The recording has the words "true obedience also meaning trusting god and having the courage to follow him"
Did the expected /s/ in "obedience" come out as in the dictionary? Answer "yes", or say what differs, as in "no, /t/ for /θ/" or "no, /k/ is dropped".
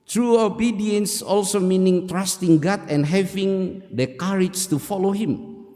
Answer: yes